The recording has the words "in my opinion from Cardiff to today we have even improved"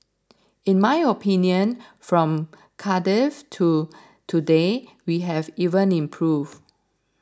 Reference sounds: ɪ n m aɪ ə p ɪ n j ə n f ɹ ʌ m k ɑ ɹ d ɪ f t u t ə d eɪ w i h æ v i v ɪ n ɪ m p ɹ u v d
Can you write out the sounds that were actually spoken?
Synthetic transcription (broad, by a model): ɪ n m aɪ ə p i n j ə n f ɹ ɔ m k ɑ d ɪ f t u t ə d eɪ w i h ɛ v i v ɪ n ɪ m p ɹ u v